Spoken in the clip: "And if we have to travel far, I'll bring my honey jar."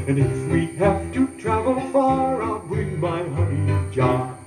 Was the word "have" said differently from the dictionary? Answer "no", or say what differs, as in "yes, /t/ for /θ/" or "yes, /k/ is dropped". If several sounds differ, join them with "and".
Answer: yes, /f/ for /v/